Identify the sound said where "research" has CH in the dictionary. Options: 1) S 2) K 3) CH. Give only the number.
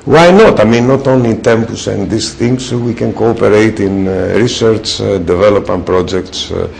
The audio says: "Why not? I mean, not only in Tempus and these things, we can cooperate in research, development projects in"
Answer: 3